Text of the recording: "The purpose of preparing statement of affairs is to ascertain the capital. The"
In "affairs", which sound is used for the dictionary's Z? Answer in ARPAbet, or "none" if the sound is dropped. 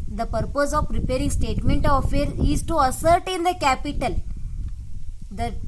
none